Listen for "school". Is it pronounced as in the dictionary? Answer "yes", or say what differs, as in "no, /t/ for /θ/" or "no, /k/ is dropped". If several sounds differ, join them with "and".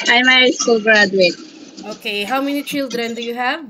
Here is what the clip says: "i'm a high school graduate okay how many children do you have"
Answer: no, /k/ is dropped